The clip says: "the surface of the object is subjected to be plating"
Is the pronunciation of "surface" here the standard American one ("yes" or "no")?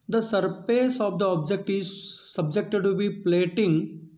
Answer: no